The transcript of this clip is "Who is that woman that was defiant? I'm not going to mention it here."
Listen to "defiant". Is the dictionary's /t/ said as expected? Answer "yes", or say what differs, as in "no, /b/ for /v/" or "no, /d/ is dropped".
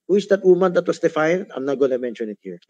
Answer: no, /t/ is dropped